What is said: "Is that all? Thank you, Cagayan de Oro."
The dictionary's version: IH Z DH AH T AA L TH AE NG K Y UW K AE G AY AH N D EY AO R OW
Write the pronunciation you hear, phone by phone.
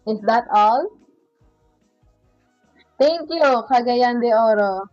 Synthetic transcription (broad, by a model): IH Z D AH T AA L T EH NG K Y UW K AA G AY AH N D EY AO R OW